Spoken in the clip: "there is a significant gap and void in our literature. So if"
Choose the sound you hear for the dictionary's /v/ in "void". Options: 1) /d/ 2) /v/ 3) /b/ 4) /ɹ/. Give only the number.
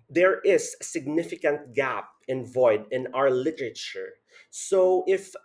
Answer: 2